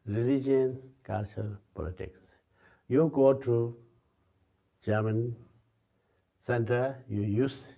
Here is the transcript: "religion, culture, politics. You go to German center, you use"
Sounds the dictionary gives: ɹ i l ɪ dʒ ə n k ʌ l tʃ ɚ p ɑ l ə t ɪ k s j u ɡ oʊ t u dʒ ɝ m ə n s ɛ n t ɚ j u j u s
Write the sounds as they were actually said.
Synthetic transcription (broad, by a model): ɹ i l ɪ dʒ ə n k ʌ l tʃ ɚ p ɑ l ə t ɪ k s j u ɡ oʊ t u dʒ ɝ m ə n s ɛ n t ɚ j u j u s